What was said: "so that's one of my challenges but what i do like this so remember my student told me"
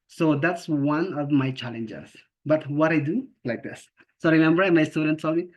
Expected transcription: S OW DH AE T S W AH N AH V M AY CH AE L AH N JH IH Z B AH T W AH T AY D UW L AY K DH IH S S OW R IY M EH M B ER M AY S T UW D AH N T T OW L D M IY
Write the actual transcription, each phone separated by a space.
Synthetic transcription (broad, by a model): S OW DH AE T S W AH N AH V M AY CH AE L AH N JH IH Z B AH T W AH T AY D UW L AY K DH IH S S OW R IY M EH M B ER M AY S T UW D AH N T S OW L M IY